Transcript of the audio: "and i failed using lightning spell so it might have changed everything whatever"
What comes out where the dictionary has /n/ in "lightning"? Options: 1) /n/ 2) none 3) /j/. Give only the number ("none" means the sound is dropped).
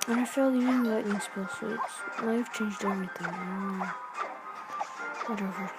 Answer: 2